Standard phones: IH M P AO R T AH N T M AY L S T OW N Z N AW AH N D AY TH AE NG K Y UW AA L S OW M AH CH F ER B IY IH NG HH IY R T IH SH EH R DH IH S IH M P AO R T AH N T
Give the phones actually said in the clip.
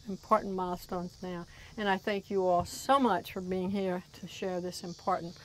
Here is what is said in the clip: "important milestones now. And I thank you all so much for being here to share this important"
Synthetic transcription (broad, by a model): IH M P AO R T N M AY L S T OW N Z N AW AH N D AY TH AE NG K Y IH AA L S OW M AH CH F ER B IY IH NG HH IY R T IH SH EH R DH IH S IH M P AO R T N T